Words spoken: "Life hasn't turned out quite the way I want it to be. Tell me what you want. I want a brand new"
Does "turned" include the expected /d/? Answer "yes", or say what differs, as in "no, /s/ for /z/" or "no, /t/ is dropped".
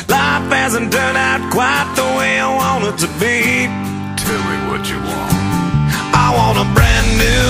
no, /d/ is dropped